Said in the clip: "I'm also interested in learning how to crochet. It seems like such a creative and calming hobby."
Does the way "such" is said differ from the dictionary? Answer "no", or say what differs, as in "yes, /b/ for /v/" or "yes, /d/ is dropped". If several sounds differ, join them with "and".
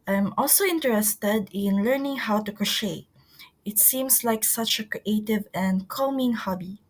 no